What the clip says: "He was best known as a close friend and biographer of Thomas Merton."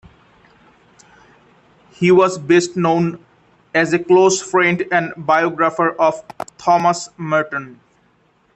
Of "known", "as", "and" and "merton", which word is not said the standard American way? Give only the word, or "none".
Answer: none